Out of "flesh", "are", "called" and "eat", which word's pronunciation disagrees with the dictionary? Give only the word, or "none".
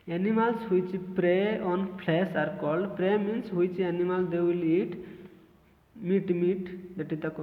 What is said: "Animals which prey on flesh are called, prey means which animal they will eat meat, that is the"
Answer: flesh